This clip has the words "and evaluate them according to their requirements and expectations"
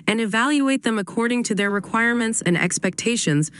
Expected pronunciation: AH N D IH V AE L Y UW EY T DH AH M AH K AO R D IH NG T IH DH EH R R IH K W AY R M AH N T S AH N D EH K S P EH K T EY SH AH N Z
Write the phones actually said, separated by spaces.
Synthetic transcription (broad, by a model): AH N IH V AE L Y UW EY T DH AH M AH K AO R D IH NG T IH DH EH R R IH K W AY R M AH N T S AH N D EH K S P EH K T EY SH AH N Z